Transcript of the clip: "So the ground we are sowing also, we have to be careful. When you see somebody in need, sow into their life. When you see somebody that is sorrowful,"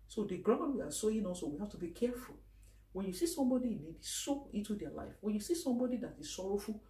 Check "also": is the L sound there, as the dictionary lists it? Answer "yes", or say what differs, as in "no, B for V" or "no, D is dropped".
no, L is dropped